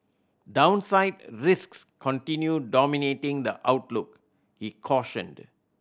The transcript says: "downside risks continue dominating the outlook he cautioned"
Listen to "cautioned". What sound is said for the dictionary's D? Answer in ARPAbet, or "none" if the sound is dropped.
D